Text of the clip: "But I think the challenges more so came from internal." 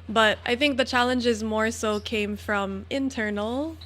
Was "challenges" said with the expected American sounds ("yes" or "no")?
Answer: yes